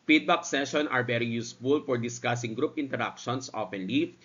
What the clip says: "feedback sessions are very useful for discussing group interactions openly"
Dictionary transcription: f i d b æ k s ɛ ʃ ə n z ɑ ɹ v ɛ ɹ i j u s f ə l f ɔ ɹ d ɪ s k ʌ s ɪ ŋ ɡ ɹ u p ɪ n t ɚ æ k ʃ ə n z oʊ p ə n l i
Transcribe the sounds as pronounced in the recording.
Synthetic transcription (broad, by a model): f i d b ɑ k s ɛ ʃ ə n ɑ ɹ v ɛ ɹ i j u s f ə l f ɔ ɹ d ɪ s k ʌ s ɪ ŋ ɡ ɹ u p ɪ n t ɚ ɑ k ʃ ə n s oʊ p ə n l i